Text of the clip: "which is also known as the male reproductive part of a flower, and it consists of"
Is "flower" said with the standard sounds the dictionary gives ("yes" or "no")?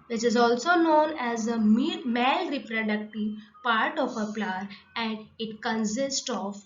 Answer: no